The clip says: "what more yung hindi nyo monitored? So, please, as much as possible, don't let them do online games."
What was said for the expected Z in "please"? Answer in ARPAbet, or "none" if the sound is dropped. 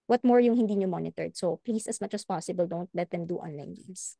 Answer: S